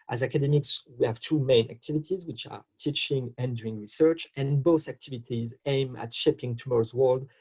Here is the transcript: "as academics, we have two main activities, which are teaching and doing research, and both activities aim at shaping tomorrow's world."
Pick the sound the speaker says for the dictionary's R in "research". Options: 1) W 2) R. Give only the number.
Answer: 2